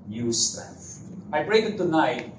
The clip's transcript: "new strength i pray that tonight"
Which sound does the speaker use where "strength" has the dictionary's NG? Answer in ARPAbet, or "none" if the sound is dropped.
none